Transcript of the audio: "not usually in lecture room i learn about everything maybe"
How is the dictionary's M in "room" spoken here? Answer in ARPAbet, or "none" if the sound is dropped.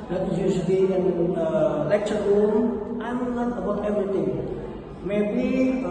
none